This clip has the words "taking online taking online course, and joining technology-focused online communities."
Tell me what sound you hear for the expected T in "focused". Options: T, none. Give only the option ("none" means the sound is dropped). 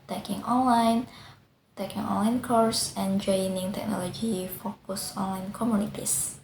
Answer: none